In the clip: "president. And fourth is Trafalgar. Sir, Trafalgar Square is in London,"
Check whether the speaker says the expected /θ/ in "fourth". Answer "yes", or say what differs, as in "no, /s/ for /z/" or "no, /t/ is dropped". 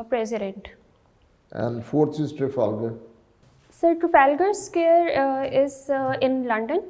no, /s/ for /θ/